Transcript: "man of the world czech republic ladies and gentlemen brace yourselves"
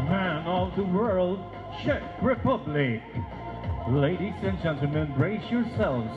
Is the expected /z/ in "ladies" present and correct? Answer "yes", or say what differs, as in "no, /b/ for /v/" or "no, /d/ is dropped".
no, /s/ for /z/